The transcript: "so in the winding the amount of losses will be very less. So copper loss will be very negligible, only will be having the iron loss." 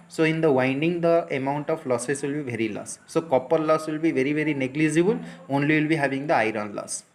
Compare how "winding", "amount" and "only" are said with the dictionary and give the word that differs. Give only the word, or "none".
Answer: none